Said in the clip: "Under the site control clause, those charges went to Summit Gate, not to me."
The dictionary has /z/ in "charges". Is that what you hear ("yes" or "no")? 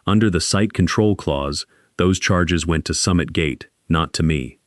yes